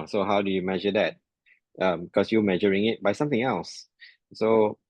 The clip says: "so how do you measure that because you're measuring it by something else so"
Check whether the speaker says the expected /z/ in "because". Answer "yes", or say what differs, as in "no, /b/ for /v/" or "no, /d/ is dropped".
no, /s/ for /z/